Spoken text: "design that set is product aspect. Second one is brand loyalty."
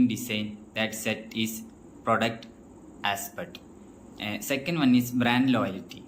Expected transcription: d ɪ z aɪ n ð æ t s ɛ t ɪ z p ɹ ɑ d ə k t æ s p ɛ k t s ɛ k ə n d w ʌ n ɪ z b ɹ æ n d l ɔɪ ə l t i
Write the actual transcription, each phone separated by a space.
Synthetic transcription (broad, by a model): d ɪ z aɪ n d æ t s ɛ t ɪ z p ɹ ɑ d ə k t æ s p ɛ t s ɛ k ə n d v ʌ n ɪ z b ɹ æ n d l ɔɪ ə l t i